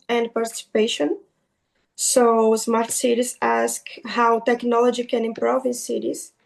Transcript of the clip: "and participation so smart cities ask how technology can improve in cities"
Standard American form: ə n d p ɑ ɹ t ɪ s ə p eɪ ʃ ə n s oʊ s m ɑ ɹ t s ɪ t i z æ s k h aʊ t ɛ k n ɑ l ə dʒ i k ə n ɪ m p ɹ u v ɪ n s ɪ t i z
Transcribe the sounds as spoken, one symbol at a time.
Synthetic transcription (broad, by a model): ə n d p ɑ ɹ t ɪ s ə p eɪ ʃ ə n s oʊ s m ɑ ɹ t s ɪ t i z æ s k h aʊ t ɛ k n ɑ l ə dʒ i k ə n ɪ m p ɹ u v ɪ n s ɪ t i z